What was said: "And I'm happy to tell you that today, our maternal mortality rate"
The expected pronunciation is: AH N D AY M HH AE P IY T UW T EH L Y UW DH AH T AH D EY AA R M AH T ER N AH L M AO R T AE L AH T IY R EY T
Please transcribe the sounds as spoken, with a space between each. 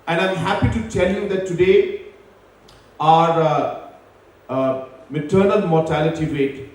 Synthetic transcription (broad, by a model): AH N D AY M HH AE P IY T UW T EH L Y UW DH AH T AH D EY AA R M AH T ER N AH L M AO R T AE L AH T IY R EY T